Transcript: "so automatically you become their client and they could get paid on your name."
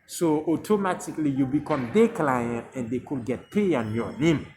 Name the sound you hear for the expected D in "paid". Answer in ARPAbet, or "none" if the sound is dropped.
none